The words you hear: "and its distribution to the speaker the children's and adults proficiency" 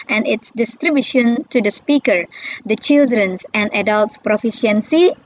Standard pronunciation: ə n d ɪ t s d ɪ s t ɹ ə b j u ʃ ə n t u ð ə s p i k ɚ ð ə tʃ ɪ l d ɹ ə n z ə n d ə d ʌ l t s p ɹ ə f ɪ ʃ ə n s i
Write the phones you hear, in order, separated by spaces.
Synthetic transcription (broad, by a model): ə n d ɪ t s d ɪ s t ɹ ə b j u ʃ ə n t u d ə s p i k ɚ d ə tʃ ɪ l d ɹ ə n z ə n d ə d ʌ l t s p ɹ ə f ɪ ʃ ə n s i